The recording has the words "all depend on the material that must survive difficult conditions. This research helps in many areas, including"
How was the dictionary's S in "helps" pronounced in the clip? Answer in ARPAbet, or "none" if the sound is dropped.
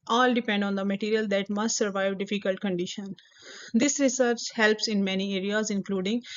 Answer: S